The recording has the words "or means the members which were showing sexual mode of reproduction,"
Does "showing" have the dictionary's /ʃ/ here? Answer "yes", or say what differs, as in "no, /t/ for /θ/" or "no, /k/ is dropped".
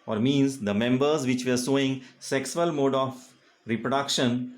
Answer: no, /s/ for /ʃ/